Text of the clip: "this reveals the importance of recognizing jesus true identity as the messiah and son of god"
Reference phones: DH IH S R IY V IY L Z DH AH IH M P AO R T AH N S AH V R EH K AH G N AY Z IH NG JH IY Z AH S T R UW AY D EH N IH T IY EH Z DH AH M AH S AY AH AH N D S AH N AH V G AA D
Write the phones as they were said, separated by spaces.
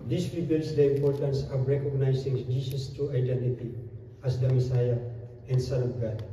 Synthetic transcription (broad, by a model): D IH S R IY B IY L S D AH IH M P AO R T AH N S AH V R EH K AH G N AY S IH NG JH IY S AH S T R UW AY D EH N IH T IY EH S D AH M AH S AY AH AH N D S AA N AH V G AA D